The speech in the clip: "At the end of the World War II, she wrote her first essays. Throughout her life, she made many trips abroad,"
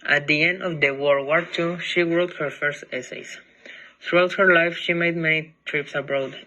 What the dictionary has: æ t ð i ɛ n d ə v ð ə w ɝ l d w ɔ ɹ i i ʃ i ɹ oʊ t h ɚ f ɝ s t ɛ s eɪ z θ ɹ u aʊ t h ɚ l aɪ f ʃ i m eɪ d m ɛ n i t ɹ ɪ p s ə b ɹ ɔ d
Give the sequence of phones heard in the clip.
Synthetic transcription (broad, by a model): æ t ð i ɛ n d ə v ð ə w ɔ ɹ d w ɔ ɹ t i ʃ i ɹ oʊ t h ɚ f ɝ s t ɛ s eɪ s θ ɹ u aʊ t h ɚ l aɪ f ʃ i m eɪ d m ɛ n i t ɹ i p s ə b ɹ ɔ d